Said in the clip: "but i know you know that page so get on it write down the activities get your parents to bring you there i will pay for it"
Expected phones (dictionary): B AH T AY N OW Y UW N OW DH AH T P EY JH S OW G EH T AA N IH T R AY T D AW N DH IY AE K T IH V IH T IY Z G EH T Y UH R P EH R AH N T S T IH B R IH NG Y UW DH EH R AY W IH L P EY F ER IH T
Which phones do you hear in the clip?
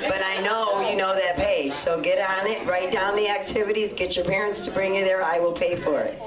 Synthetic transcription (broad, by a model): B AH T AY N OW Y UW N OW DH AH T P EY JH S OW G EH T N IH T R AY T D AW N DH IY AE K T IH V IH T IY Z G EH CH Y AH R P EH R AH N T S T IH B R IH NG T DH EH R AY W IH L P EY F ER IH T